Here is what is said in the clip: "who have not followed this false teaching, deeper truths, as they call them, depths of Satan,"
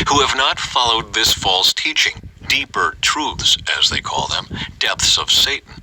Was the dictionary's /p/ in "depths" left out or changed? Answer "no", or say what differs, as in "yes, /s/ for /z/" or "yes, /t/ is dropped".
no